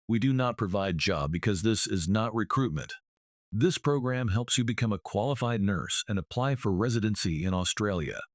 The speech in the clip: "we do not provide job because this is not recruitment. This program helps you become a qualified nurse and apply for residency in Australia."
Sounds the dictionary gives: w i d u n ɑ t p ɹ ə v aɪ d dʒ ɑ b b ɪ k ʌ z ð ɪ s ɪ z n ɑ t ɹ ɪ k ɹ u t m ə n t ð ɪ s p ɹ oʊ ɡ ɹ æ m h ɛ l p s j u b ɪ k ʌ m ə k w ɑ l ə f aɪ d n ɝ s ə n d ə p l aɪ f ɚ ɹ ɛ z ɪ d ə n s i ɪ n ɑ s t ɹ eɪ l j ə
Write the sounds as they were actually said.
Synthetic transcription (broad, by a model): w i d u n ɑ t p ɹ ə v aɪ d dʒ ɑ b b ɪ k ʌ z ð ɪ s ɪ z n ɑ t ɹ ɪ k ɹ u t m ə n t ð ɪ s p ɹ oʊ ɡ ɹ æ m h ɛ l p s j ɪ b ɪ k ʌ m ə k w ɑ l ə f aɪ d n ɝ s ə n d ə p l aɪ f ɚ ɹ ɛ z ɪ d ə n s i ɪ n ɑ s t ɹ eɪ l j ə